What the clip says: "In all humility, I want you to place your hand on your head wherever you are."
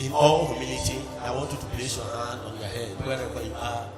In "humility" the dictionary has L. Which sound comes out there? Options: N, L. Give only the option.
N